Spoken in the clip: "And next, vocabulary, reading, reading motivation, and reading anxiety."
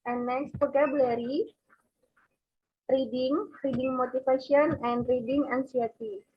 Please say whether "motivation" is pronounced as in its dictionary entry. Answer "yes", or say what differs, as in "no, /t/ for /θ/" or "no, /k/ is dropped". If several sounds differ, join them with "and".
no, /f/ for /v/